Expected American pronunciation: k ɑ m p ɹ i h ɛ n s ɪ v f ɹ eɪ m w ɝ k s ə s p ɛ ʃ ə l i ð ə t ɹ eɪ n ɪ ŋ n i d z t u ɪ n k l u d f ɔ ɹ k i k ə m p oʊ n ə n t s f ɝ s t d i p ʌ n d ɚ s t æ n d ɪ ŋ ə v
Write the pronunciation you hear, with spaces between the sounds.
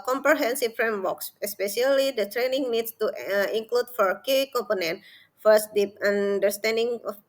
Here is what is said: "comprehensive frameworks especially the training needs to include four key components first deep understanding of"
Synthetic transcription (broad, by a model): k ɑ m p ɹ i h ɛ n s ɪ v f ɹ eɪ m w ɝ k s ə s p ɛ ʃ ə l i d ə t ɹ eɪ n ɪ ŋ n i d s t u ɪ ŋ k l u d f ɔ ɹ k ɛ k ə m p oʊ n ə n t f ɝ s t d i p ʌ n d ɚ s t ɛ n d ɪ ŋ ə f